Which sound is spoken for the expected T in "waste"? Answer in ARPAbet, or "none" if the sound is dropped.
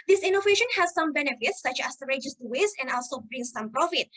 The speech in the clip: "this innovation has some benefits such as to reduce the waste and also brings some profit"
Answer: none